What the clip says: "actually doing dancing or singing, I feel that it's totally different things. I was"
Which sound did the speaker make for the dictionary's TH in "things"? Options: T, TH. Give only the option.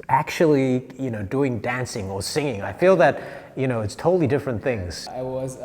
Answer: TH